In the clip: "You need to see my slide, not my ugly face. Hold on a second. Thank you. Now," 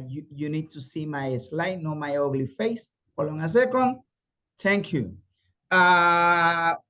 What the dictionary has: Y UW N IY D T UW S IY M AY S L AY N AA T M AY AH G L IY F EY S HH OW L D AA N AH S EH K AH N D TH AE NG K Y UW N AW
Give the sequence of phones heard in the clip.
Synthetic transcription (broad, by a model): Y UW N IY D T UW S IY M AY S L AY N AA M AY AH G L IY F EY S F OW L AA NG AH S EH K AH N D T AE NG K Y UW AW